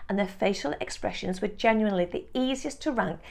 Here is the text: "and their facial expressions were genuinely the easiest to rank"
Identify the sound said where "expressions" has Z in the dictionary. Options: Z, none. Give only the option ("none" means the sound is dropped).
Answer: Z